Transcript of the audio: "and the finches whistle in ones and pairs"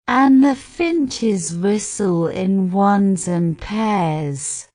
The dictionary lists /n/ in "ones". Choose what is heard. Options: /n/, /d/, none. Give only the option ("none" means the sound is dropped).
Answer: /n/